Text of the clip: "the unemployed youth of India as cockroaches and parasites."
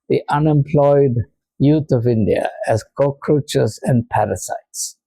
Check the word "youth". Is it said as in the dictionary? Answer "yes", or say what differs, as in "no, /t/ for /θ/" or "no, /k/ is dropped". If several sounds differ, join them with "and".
no, /t/ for /θ/